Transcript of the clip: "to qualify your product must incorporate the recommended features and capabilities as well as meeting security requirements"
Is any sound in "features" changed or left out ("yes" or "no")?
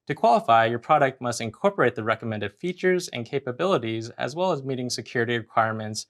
no